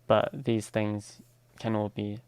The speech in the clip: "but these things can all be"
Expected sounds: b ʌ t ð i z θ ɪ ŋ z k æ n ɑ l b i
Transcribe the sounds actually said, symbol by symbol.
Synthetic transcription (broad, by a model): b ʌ t ð i z θ ɪ ŋ z k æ n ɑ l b i